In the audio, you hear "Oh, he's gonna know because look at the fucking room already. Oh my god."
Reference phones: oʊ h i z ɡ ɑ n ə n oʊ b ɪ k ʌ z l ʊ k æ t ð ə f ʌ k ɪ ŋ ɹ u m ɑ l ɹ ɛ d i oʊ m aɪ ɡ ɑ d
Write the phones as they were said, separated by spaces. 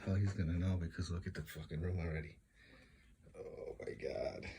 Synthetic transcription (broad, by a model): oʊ h i z ɡ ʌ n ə n oʊ b ɪ k ʌ z w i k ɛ t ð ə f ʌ k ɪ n ɹ u m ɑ l ɹ ɛ d i oʊ m aɪ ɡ ɑ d